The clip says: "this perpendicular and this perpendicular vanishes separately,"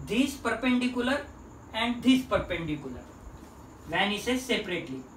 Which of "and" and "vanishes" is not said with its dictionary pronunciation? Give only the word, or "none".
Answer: vanishes